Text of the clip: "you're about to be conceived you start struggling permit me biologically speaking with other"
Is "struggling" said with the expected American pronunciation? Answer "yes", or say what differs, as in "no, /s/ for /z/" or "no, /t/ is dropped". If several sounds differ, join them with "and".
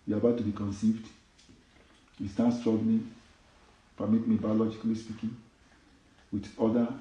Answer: no, /n/ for /l/